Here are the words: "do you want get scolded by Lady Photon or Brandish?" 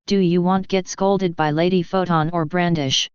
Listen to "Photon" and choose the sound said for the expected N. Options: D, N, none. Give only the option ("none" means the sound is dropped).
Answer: N